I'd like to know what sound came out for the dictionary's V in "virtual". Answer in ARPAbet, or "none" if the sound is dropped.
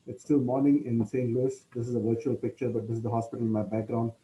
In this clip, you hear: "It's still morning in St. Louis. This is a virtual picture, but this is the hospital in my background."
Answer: V